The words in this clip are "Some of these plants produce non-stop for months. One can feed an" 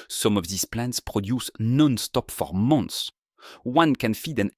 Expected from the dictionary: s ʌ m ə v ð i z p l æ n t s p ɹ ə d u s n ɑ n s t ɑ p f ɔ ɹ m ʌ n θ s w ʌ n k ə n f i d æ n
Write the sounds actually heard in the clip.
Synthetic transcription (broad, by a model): s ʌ m ə v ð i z p l æ n t s p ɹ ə d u s n ɑ n s t ɑ p f ɔ ɹ m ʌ n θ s w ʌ n k ə n f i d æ n